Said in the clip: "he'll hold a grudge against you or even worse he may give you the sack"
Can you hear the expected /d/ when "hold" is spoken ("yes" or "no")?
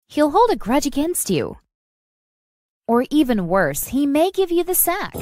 yes